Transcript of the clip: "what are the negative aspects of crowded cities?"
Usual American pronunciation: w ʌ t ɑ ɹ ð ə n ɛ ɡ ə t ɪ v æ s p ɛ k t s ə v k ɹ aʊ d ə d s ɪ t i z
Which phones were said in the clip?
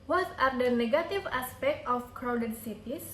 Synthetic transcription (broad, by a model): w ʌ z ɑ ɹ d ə n ɛ ɡ ə t ɪ v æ s p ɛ k t ə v k ɹ aʊ d ə d s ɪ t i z